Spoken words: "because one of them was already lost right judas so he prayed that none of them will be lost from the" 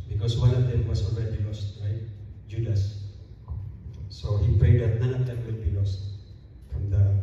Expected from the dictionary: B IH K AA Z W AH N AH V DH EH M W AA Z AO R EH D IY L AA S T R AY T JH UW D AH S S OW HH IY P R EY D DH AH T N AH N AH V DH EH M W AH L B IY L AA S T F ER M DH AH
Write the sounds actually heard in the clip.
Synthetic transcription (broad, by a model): B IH K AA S W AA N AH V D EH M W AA S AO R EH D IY L AA S T R AY T JH UW D AH S S OW HH IY P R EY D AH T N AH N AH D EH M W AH N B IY L AA S T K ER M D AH